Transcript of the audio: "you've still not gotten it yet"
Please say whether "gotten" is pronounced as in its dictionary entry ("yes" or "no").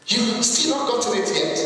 no